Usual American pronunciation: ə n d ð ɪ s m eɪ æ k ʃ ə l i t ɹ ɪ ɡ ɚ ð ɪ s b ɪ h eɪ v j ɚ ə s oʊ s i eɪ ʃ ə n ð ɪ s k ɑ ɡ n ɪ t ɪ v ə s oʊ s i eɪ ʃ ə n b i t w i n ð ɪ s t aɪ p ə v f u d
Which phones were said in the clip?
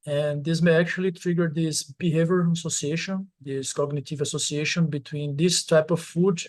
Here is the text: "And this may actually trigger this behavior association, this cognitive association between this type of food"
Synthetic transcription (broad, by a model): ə n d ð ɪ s m eɪ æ k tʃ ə l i t ɹ ɪ ɡ ɚ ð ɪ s b ɪ h eɪ v j ɚ ə s oʊ s i eɪ ʃ ə n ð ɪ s k ɑ ɡ n ɪ t ɪ v ə s oʊ s i eɪ ʃ ə n b i t w i n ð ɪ s t aɪ p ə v f u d